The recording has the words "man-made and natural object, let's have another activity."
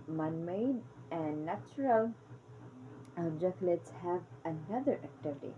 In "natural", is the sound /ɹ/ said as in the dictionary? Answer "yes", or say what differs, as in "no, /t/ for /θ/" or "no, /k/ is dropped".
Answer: yes